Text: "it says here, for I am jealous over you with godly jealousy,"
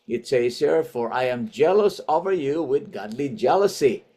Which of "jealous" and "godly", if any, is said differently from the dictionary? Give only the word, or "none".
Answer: none